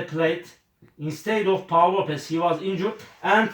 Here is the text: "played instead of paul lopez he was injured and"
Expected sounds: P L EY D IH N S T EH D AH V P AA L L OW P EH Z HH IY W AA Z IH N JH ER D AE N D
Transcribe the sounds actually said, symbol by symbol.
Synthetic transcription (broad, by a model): P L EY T IH N S T EH D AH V P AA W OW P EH S HH IY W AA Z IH N JH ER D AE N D